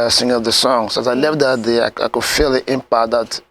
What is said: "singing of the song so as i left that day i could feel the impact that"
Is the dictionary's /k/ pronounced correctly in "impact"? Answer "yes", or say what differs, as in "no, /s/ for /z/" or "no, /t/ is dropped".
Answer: no, /k/ is dropped